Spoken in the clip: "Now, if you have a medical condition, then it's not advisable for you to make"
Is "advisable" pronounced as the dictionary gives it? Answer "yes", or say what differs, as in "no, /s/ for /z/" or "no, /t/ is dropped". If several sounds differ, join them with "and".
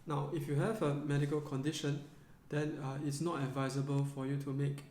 yes